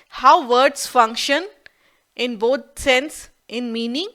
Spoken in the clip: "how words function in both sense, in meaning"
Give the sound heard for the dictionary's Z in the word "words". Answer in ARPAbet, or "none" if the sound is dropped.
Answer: S